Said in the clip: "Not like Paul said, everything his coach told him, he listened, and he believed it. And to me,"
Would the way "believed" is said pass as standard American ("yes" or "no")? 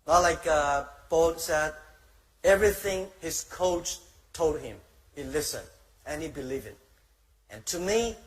no